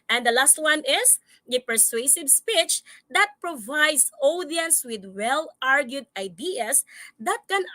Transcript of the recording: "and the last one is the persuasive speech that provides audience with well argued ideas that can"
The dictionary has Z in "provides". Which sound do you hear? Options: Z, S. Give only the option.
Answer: S